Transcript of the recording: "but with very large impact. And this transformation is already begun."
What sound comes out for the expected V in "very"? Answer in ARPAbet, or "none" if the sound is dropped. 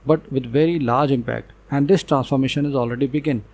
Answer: V